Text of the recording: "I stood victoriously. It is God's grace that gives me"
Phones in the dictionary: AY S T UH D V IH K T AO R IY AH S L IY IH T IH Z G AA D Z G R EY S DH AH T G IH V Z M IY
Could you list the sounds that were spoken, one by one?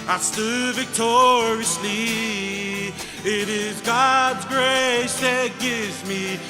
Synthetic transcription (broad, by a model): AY S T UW V IH K T AO R IY AH S L IY IH T IH Z G AA D Z G R EY S DH AH T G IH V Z M IY